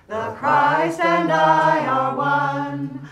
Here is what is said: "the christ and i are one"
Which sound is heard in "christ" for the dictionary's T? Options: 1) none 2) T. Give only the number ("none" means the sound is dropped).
1